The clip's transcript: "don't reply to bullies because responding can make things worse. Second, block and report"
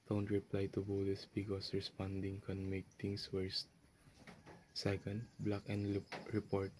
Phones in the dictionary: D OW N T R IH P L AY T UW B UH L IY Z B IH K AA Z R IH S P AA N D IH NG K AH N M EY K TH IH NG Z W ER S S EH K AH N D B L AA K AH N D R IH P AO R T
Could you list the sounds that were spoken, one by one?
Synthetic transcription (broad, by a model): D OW N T R IH P L AY T UW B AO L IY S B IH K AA S R IH S P AA N D IH NG K AH N M EY K T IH NG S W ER S S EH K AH N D B L AA K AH N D R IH P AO R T